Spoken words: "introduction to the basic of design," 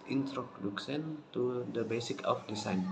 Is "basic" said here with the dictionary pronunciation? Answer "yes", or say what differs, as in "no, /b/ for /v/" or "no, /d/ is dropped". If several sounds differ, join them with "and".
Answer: yes